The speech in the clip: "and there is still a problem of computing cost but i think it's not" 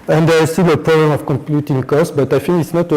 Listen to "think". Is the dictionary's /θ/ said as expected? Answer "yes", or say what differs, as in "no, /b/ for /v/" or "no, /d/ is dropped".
no, /f/ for /θ/